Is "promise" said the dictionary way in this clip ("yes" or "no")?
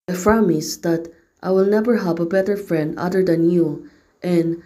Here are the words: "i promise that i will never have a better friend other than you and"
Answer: no